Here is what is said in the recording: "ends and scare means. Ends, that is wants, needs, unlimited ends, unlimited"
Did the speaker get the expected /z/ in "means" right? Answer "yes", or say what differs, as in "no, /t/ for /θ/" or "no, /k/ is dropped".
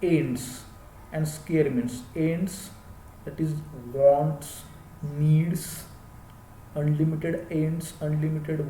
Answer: no, /s/ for /z/